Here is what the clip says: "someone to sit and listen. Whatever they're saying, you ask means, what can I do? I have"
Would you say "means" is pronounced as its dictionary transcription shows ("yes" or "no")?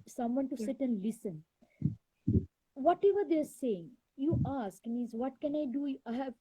no